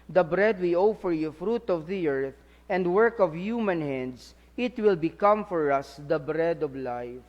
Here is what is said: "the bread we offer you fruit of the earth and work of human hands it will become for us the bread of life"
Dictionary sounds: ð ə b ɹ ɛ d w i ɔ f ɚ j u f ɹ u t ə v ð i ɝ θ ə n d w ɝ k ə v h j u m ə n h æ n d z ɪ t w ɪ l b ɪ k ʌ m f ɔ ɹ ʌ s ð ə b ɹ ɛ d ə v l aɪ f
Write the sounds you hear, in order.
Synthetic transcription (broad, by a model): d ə b ɹ ɛ d w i ɔ f ɚ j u f ɹ u t ə v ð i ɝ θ ə n d w ɝ k ə v h j u m ə n h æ n d s ɪ t w ɪ l b ɪ k ʌ m f ɔ ɹ ʌ s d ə b ɹ ɛ d ə v l aɪ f